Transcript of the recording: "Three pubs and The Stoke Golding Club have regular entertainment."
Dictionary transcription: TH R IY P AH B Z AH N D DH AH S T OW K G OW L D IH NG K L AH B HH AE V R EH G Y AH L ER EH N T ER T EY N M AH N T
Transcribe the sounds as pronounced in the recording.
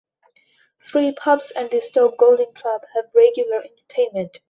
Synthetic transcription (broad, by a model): TH R IY P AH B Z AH N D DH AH S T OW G OW L D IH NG K L AH B HH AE V R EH G Y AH L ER EH N T ER T EY N M AH N T